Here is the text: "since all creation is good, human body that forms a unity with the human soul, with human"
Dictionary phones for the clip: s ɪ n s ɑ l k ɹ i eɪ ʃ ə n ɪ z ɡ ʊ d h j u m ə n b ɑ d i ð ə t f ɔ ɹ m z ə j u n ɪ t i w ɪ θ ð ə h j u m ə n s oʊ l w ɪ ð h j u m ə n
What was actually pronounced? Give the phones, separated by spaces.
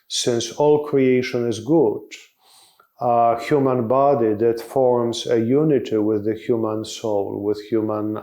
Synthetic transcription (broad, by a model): s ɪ n s ɑ l k ɹ i eɪ ʃ ə n ɪ z ɡ ʊ d h j u m ə n b ɑ d i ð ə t f ɔ ɹ m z ə j u n ɪ t i w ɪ ð ə h j u m ə n s oʊ l w ɪ ð h j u m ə n